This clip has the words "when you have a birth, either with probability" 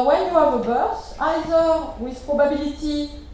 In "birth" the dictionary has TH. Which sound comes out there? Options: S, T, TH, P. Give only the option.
S